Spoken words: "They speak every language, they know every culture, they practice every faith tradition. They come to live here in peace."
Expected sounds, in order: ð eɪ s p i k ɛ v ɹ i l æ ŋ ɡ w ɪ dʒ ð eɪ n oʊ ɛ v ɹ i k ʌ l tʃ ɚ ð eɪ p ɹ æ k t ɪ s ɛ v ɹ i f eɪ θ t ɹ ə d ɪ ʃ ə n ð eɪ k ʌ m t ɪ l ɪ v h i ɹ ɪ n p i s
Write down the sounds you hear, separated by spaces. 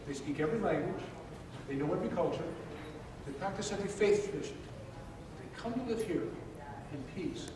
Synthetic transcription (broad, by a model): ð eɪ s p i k ɛ v ɹ i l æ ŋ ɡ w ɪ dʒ ð eɪ n oʊ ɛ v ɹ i k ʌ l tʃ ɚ ð eɪ p ɹ æ k t ɪ s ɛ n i f eɪ θ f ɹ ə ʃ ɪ ə ð eɪ k ʌ m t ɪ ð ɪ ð h i ɹ ɪ n p i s